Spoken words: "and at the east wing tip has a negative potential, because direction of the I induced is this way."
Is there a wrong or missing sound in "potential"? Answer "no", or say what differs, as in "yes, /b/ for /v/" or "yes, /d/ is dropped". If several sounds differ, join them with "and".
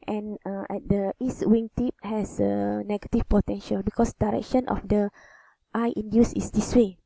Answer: no